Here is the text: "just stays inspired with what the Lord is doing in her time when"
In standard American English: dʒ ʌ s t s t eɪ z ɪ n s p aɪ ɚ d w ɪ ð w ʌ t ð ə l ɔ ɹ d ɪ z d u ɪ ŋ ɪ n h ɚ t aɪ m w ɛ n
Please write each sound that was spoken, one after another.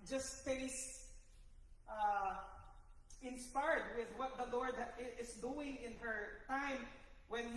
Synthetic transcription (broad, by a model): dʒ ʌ s t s t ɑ ɪ n s p aɪ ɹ d w ɪ ð w ʌ t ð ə l ɔ ɹ d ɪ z d u ɪ ŋ ɪ n h ɚ t aɪ m w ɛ n